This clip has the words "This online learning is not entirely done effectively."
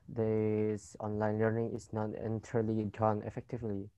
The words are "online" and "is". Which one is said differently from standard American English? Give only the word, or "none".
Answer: is